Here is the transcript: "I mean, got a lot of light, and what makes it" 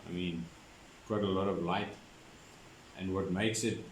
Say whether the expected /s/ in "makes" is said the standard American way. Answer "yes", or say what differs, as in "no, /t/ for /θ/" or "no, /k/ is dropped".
yes